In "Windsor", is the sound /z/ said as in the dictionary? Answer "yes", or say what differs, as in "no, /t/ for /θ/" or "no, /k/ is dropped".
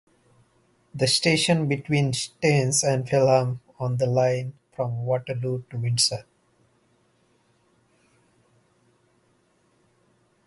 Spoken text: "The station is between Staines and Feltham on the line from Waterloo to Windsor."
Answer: no, /s/ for /z/